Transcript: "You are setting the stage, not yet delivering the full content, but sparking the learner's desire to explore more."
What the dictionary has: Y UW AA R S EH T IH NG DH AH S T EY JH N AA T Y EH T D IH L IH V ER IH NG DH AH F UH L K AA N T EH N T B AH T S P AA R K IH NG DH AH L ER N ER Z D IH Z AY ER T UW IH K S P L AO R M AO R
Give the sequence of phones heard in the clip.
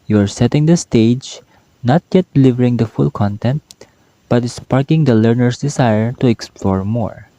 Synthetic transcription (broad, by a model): Y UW AA R S EH T IH NG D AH S T EY JH N AA T Y EH T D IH L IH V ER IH NG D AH F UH L K AA N T EH N T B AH T S P AA R K IH NG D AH L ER N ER S D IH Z AY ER T UW IH K S P L AO R M AO R